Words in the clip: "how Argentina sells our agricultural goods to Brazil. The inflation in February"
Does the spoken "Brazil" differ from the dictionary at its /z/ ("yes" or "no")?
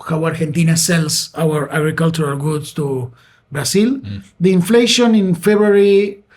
yes